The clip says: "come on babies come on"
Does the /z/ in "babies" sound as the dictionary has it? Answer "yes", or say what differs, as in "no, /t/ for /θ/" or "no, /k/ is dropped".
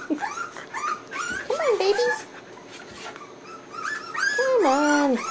no, /z/ is dropped